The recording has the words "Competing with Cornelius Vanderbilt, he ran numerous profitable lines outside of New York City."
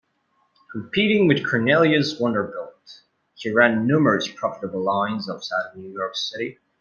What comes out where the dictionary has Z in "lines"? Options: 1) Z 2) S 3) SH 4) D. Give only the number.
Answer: 1